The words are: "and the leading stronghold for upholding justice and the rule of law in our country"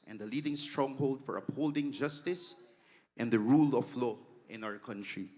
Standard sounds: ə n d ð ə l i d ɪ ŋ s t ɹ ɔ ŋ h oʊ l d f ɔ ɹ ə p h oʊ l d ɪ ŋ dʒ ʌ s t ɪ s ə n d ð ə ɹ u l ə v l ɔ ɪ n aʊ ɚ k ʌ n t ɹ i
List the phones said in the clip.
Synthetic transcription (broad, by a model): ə n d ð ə l i d ɪ ŋ s t ɹ ɔ ŋ h oʊ l d f ɔ ɹ ə p h oʊ l d ɪ ŋ dʒ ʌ s t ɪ s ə n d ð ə ɹ u l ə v l ɔ ɪ n aʊ ɚ k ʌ n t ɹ i